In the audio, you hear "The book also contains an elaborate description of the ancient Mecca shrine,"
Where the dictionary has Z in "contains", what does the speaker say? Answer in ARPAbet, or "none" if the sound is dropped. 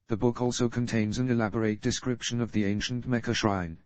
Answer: Z